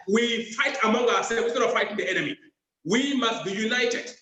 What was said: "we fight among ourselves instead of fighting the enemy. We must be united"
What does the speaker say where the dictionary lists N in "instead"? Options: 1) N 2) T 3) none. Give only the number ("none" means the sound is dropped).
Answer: 3